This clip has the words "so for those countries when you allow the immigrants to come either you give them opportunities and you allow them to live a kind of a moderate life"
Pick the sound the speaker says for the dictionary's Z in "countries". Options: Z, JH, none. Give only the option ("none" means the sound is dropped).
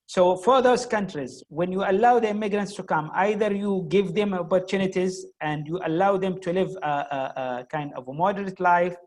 Z